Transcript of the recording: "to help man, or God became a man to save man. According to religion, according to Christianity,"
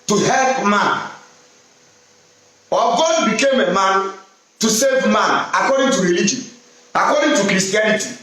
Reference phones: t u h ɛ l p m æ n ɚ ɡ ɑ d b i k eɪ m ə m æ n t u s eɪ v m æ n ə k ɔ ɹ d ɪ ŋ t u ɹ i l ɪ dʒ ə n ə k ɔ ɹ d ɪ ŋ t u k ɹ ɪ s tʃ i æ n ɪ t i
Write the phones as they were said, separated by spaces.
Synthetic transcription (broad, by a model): t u h ɛ l p m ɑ n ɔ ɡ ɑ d b i k eɪ m ə m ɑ n t u s eɪ v m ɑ n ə k ɔ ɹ d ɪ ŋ t u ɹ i l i dʒ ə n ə k ɔ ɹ d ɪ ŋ t u k ɹ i s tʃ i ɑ n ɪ t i